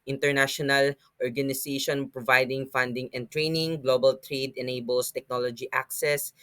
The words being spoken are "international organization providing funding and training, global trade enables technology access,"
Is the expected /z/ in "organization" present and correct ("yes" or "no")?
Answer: no